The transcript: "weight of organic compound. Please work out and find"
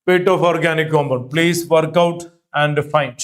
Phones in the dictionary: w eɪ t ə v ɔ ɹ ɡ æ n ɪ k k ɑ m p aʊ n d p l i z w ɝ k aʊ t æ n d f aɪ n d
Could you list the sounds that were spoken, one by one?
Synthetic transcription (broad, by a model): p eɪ t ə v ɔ ɹ ɡ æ n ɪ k k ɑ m ʌ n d p l i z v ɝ k aʊ t æ n d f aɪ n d